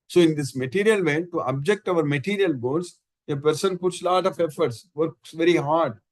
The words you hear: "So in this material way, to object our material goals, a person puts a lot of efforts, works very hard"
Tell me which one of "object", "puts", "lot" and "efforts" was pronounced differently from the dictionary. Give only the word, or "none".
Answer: none